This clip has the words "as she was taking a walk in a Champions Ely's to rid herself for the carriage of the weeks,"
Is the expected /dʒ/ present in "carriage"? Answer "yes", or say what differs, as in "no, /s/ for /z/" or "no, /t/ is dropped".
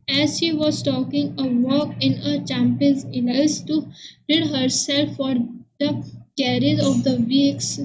no, /z/ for /dʒ/